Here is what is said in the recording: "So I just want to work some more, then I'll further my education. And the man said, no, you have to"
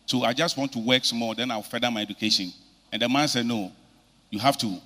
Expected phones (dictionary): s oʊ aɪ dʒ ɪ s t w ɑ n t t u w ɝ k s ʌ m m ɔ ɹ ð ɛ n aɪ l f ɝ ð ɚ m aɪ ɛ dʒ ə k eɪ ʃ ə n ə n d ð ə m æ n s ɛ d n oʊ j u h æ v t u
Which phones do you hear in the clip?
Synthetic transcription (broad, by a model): s oʊ aɪ dʒ ɪ s t w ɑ n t t u w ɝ k s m m ɔ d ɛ n aɪ w f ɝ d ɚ m aɪ ɛ dʒ ə k eɪ ʃ ə n ə n d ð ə m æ n s ɛ d n oʊ j u h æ f t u